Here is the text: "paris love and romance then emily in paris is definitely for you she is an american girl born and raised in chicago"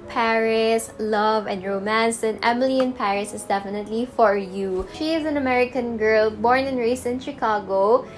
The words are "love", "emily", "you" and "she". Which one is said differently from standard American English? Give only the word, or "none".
none